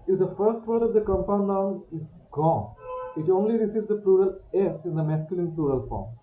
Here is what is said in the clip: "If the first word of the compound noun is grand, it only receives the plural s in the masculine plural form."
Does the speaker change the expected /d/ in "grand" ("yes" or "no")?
yes